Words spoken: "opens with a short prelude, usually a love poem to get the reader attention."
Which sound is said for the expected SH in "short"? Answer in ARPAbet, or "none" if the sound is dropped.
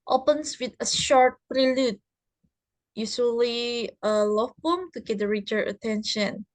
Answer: SH